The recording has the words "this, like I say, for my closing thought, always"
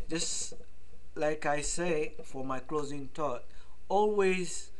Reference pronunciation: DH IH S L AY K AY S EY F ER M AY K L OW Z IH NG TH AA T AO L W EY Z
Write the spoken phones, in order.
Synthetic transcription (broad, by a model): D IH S L AY K AY S EY F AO M AY K L OW Z IH NG T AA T AO L W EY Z